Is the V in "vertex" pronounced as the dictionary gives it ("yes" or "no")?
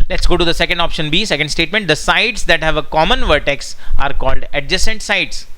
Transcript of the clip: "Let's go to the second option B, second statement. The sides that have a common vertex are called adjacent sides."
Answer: yes